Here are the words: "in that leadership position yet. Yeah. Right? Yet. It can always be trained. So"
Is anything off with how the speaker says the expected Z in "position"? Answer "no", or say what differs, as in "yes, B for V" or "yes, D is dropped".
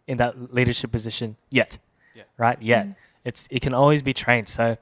no